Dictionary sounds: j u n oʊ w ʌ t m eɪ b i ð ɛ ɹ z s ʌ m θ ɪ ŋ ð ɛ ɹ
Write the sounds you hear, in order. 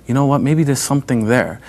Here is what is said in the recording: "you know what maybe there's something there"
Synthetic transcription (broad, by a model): j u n oʊ w ʌ t m eɪ b i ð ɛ ɹ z s ʌ m θ ɪ ŋ ð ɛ ɹ